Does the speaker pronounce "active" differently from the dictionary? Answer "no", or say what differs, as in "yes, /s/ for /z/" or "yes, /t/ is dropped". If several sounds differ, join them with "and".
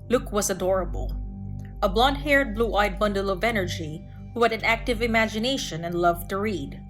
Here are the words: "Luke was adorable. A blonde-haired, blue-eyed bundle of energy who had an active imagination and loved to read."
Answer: no